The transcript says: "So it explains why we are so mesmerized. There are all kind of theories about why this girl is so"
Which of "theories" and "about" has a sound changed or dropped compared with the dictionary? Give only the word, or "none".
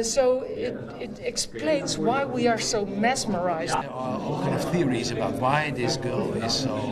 none